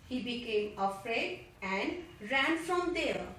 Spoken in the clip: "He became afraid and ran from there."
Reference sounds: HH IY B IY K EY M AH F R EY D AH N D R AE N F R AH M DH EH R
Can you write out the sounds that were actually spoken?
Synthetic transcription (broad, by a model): HH IY B IY K EY M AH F R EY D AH N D R AE N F R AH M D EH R